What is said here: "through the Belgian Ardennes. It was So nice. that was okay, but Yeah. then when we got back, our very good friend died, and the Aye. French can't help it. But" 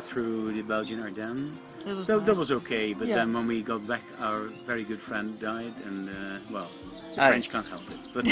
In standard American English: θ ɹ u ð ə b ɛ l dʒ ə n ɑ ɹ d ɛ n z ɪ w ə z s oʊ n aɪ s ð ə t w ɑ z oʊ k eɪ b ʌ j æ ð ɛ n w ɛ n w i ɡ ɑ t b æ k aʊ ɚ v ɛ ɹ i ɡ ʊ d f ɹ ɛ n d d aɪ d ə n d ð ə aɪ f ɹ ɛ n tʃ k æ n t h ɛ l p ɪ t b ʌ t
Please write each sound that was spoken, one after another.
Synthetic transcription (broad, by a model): θ ɹ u ð ə b ɛ l dʒ ə n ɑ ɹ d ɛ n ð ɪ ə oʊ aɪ ð ə t w ɑ z oʊ k eɪ b ʌ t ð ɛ n w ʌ n w i ɡ ɑ t b æ k aʊ ɚ v ɛ ɹ i ɡ ʊ d f ɹ ɛ n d d aɪ d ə n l ð ə f ɹ ɛ n tʃ k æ n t h ɛ l p ɪ t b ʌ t